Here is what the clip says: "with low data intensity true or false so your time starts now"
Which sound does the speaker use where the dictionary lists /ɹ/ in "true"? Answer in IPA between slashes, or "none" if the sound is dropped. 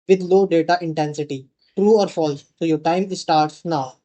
/ɹ/